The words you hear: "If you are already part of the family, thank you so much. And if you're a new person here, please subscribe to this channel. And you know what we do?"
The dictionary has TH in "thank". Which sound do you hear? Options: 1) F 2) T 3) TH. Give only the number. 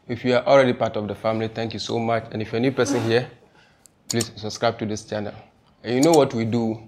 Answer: 2